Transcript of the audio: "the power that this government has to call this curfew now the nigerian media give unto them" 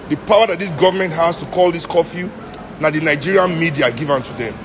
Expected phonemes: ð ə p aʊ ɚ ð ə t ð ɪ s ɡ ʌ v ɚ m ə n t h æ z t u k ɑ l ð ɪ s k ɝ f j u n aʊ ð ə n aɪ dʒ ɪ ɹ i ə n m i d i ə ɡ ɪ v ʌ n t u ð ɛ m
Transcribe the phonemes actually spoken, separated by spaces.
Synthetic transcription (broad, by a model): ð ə p aʊ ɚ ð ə t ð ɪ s ɡ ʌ v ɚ m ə n t h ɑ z t u k ɑ l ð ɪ s k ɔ f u n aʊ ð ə n aɪ dʒ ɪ ɹ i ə n m i d i ə ɡ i v ʌ n t u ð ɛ m